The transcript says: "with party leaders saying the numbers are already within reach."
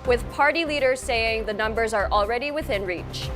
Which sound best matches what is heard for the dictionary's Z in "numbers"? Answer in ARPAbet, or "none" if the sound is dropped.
Z